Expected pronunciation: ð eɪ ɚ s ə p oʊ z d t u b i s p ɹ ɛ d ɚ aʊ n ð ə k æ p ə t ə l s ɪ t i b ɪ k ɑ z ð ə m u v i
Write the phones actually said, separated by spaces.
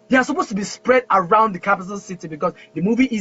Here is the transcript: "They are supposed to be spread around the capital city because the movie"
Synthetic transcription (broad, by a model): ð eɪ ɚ s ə p oʊ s t u b i s p ɹ ɛ d ɚ aʊ n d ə k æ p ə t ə n s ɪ t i b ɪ k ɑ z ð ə m u v i